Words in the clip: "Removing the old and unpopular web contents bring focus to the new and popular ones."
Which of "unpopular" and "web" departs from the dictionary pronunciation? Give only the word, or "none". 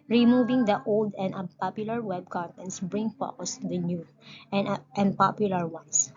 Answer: unpopular